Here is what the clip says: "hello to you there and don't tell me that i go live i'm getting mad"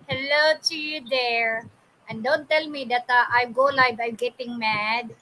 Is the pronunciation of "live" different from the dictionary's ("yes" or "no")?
yes